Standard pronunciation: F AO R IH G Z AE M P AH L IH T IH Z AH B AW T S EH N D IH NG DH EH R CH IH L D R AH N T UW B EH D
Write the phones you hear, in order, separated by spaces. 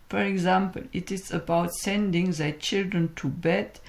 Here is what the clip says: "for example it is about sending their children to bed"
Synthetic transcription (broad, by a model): F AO R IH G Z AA M P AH L IH T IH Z AH B AW T S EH N D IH NG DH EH CH IH L D R AH N T UW B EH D